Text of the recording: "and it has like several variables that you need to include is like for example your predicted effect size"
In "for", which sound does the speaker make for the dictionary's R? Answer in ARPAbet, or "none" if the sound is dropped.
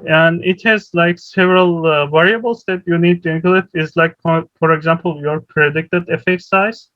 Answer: R